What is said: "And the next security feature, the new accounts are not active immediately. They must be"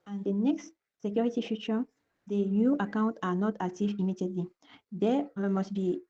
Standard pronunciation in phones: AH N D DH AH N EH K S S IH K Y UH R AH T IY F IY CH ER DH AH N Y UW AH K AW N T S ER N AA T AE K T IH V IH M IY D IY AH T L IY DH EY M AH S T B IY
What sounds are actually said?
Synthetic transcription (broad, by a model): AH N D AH N EH K S S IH K Y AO R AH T IY F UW CH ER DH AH N Y UW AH K AW N T AA N AA T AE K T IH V IH M IY D IY AH T L IY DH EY M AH S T B IY